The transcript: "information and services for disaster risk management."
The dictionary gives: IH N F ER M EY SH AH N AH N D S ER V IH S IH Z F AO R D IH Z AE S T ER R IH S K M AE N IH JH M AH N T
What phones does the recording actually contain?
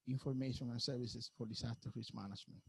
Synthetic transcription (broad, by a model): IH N F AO M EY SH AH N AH N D S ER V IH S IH S F AO R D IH S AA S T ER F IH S M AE N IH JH M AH N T